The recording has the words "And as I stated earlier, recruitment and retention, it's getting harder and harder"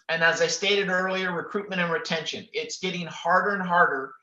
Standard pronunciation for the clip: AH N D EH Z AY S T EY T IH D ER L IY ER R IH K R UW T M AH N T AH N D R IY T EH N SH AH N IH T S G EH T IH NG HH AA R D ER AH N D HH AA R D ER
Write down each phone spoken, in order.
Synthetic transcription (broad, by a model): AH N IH Z AY S T EY T IH D ER L IY ER R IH K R UW T M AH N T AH N R IY T EH N SH AH N IH T S G EH T IH NG HH AA R D ER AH N HH AA R D ER